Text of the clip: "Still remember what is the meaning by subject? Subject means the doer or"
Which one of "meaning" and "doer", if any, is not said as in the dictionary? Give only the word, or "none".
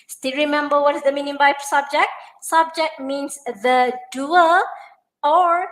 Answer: doer